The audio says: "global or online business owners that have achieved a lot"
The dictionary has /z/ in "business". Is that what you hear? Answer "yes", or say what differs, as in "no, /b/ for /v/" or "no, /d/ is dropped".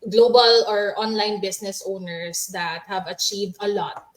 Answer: no, /s/ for /z/